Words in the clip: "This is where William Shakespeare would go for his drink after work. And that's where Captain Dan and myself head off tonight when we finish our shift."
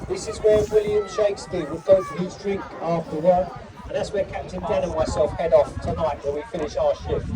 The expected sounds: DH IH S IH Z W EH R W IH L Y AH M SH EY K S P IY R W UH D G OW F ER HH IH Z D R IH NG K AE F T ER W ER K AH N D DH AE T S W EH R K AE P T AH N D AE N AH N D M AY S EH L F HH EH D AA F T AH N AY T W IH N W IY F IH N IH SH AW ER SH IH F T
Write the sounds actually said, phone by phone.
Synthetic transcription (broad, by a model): DH IH S IH Z W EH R W IH L Y AH M SH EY K S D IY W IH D G OW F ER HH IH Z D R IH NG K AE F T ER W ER AH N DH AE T S W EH K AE P T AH N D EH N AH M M AY S EH L F HH EH D AA F T AH N AY T W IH L W IY F IH N IH SH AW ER SH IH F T